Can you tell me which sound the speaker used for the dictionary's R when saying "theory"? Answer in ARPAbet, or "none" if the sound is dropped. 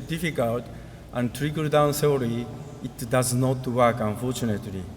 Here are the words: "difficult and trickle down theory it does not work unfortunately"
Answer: L